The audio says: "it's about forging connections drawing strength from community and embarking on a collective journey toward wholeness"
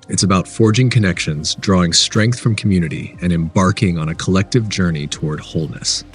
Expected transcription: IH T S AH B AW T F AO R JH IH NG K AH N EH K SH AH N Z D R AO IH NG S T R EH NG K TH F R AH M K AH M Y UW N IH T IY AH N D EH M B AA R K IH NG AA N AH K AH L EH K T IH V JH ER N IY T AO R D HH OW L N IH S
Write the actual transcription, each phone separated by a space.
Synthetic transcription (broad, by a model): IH T S AH B AW T F AO R JH IH NG K AH N EH K SH AH N Z D R AO IH NG S T R EH NG K TH F R AH M K M Y UW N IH T IY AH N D EH M B AA R K IH NG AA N AH K AH L EH K T IH V JH ER N IY T AO R D HH OW L N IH S